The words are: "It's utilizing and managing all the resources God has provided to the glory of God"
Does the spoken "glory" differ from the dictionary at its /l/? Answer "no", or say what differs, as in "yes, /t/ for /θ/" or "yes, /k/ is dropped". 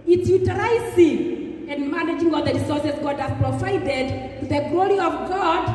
no